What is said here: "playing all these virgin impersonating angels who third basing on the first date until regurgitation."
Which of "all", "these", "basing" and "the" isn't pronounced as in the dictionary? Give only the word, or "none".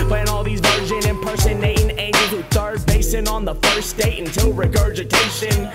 none